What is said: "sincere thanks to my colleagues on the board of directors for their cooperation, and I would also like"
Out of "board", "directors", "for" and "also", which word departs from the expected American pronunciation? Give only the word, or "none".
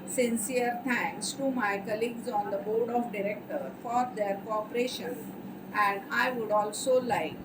directors